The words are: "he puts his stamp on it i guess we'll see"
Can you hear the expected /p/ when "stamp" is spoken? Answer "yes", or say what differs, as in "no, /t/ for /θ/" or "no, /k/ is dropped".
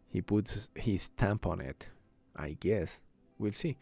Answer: yes